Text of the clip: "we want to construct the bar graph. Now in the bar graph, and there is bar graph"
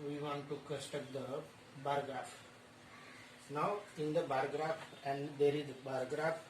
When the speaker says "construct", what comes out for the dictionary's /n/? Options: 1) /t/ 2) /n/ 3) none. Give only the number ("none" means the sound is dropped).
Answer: 3